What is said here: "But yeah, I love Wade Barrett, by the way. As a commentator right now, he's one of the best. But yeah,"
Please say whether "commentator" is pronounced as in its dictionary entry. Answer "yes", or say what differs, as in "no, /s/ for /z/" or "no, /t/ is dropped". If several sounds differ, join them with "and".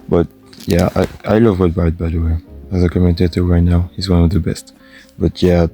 yes